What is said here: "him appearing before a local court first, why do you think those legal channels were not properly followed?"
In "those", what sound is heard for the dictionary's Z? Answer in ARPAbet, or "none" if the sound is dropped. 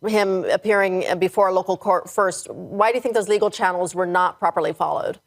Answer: Z